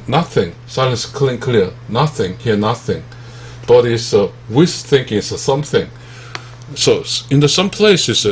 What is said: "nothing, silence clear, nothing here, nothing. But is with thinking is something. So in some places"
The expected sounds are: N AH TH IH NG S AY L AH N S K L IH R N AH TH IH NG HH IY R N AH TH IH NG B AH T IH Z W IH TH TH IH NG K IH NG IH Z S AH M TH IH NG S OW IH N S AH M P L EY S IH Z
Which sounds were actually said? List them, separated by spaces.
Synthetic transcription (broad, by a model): N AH TH IH NG S AY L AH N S K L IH L N AH TH IH NG HH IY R N AH TH IH NG B AH T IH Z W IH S TH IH NG K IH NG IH S AH M TH IH NG S OW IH N S AH M P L EY S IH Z